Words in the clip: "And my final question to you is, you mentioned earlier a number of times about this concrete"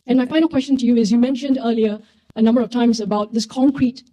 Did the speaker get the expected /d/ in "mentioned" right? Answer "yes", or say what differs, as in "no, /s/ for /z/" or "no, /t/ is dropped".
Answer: yes